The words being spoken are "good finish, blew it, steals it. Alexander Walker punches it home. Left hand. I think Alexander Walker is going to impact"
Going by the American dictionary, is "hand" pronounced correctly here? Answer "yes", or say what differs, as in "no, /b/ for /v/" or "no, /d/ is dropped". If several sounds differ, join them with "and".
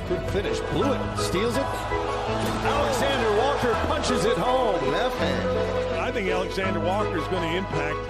no, /d/ is dropped